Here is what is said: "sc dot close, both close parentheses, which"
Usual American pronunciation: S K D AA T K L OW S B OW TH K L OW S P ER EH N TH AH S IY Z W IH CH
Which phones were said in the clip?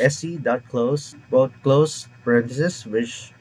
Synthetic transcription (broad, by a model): S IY D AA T K L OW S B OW T K L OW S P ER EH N T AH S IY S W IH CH